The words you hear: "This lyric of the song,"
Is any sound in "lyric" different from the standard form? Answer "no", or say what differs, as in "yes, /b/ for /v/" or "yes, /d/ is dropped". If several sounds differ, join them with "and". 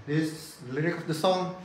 no